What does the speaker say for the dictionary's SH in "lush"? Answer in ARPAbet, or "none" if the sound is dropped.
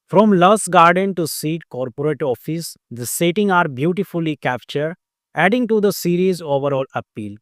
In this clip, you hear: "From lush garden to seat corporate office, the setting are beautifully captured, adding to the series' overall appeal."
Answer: S